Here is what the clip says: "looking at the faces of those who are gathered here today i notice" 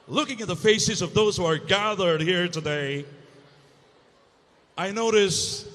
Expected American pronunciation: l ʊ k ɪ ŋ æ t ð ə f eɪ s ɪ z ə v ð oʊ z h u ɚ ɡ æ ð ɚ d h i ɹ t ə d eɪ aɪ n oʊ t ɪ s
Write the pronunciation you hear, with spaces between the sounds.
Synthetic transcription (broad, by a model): l ʊ k ɪ ŋ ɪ t ð ə f eɪ s ɪ z ə v ð oʊ z h u ɚ ɡ æ ð ɚ d h i ɹ t ə d eɪ aɪ n oʊ t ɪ s